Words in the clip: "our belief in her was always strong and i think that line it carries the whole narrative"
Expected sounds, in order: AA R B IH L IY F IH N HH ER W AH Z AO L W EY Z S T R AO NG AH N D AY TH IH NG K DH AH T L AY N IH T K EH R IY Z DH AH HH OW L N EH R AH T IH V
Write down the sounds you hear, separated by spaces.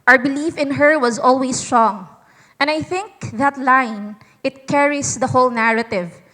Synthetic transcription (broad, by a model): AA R B IH L IY F IH N HH ER W AH Z AO L W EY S T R AO NG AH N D AY TH IH NG K DH AH T L AY N IH T K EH R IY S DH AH HH OW L N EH R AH T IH V